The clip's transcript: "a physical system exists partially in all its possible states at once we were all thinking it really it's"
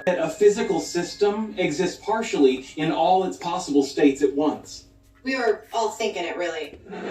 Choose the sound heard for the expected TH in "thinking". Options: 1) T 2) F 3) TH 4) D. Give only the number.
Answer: 3